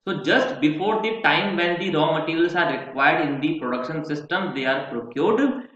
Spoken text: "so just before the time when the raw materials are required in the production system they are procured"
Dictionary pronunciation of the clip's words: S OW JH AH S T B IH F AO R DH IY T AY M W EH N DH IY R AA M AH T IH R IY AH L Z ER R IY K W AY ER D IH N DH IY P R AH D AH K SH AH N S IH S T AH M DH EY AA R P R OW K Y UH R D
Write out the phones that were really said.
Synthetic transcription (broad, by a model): S OW JH AH S T B IH F AO R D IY T AY M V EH N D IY R AA M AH T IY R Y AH L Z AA R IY K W AY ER D IH N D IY P R AH D AH K SH AH N S IH S T AH M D EY AA R P R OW K Y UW R D